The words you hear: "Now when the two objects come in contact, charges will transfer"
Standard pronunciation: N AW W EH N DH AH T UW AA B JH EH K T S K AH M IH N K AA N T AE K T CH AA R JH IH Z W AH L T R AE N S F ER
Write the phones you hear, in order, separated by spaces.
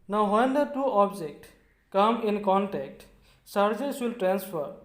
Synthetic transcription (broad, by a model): N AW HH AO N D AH T UW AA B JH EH K T K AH M IH N K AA N T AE K T S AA R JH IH S W AH L T R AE N S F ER